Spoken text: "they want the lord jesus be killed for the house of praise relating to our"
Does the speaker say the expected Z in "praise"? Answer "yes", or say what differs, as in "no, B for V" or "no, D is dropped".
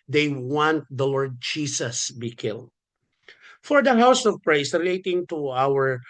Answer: no, S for Z